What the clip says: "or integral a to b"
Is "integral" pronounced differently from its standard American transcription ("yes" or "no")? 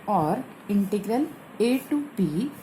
no